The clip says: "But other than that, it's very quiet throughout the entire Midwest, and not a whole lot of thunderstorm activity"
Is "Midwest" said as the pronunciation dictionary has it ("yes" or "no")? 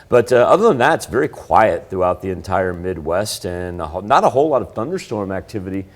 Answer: yes